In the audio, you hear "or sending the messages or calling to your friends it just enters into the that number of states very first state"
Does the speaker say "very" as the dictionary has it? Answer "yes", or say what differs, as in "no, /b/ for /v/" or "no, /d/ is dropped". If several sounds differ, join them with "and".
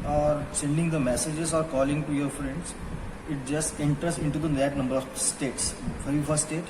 no, /f/ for /v/